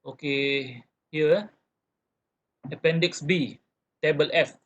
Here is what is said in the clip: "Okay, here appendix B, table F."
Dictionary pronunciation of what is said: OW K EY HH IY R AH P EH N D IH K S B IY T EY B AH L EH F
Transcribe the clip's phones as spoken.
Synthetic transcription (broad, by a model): OW K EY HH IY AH AH P EH N D IH K S B IY T EY B AH L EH F